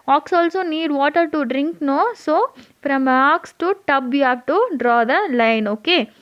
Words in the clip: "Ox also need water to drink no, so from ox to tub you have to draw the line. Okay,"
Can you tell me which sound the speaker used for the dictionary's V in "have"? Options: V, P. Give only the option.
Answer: P